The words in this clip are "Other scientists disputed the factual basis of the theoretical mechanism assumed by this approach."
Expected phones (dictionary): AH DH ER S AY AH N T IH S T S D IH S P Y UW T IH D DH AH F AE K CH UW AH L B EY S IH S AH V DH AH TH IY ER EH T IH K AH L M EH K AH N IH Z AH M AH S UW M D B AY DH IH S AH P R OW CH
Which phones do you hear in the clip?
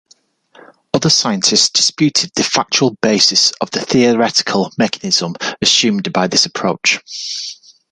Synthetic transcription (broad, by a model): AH DH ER S AY AH N T IH S T S D IH S P Y UW T IH D DH AH F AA K CH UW AH L B EY S IH S AH V DH AH TH IY ER EH T IH K AH L M EH K AH N IH Z AH M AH S UW M D B AY DH IH S AH P R OW CH